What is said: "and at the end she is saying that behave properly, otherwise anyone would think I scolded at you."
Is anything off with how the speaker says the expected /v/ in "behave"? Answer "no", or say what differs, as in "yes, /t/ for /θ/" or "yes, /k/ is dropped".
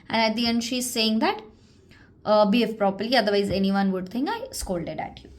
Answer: yes, /f/ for /v/